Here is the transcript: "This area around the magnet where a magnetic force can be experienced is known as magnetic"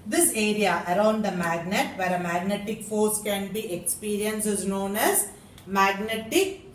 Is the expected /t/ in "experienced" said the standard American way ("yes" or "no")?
no